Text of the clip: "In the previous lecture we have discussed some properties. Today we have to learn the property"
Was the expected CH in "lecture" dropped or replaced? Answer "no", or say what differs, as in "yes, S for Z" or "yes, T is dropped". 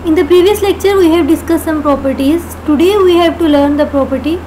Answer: no